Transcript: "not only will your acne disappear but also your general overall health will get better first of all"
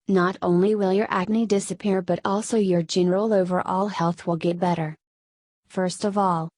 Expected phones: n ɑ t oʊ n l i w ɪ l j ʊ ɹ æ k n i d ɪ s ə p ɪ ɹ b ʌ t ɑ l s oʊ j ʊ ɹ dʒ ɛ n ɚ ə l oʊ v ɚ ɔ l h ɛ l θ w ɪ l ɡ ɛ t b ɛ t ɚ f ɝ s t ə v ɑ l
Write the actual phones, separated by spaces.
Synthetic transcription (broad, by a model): n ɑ t oʊ n l i w ɪ l j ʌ ɹ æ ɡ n i d ɪ s ə p ɪ ɹ b ʌ t ɑ l s oʊ j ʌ ɹ dʒ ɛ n ɚ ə l oʊ v ɚ ɔ l h ɛ l θ w ɪ l ɡ ɛ t b ɛ t ɚ f ɝ s t ə v ɑ l